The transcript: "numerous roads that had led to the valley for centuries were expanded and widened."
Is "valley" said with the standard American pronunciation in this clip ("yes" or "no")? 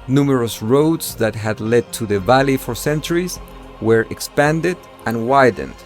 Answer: yes